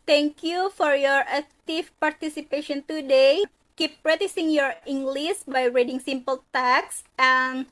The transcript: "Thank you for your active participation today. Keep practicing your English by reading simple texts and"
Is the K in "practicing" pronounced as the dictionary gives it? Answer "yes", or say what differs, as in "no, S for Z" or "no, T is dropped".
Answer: no, K is dropped